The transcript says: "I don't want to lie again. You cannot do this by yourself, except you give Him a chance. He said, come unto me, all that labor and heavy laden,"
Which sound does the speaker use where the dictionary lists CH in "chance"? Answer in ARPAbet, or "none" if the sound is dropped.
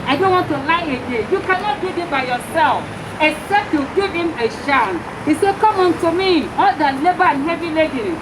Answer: SH